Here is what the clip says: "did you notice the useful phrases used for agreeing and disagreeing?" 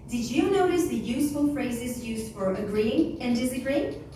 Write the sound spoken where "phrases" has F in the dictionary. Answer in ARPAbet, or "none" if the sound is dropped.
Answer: F